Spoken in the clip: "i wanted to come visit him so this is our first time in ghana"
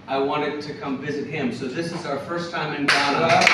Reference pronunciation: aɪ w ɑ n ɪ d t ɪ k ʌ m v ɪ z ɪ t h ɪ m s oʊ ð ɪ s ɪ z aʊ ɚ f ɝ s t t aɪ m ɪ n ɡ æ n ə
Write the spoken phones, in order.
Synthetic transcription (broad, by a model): aɪ w ɑ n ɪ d t ɪ k ʌ m v ɪ z ɪ t h ɪ m s oʊ ð ɪ s ɪ z aʊ ɚ f ɝ s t t aɪ m ɪ n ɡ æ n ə